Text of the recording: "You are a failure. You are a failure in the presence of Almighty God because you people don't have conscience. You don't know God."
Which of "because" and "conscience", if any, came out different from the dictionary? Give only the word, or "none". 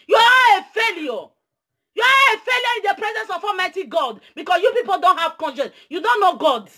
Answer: because